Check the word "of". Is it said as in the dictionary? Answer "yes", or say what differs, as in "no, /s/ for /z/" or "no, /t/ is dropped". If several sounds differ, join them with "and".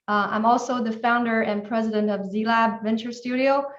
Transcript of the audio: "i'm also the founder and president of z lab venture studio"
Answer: yes